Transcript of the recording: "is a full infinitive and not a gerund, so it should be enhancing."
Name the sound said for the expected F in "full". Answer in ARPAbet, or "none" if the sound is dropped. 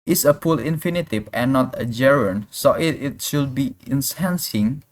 P